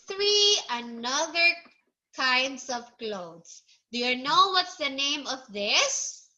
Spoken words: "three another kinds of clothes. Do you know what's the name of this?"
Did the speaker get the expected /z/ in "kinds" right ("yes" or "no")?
no